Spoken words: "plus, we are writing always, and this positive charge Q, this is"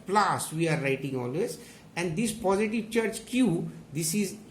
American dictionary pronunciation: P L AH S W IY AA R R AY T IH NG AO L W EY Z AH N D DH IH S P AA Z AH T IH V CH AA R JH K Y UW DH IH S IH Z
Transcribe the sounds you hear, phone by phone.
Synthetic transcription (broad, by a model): P L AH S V IY AA R R AY T IH NG AO L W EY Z AH N D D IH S P AA Z AH T IH V CH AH R CH K Y UW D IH S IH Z